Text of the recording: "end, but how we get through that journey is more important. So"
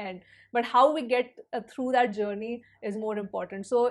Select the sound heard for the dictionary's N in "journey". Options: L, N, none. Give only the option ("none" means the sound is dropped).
N